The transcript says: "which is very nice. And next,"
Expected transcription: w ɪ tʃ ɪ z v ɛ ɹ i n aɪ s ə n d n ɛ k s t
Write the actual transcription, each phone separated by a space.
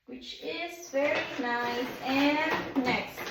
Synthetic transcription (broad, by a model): w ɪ tʃ ɪ z f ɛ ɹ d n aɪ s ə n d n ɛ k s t